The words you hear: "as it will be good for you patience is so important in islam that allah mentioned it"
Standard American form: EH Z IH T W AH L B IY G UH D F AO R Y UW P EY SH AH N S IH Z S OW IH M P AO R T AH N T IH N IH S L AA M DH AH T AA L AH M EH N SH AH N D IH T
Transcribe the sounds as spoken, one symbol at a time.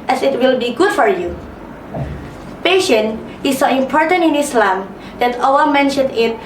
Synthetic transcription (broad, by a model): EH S IH T W AH L B IY G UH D F AO R Y UW P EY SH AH N IH S OW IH M P AO R T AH N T IH N IH S L AA M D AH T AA W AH M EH N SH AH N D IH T